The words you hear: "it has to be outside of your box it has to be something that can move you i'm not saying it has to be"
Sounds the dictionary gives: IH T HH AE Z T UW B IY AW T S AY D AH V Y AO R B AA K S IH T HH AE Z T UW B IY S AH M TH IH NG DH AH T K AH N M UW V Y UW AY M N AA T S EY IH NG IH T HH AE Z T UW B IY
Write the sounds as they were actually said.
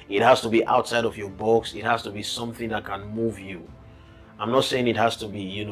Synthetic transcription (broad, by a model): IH T HH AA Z T UW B IY AW T S AY D AH V Y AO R B AA K S IH T HH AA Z T UW B IY S AH M TH IH NG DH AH T K AH N M UW V Y UW AY M N AA T S EY IH NG IH T HH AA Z T UW B IY